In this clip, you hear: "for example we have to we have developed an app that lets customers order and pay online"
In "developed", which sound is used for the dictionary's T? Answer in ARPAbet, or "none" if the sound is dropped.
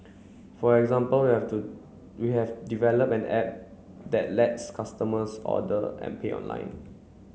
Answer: none